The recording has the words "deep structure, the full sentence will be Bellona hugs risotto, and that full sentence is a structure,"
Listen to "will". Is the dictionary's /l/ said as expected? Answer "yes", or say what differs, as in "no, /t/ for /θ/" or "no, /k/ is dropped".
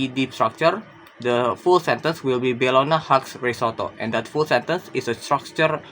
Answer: yes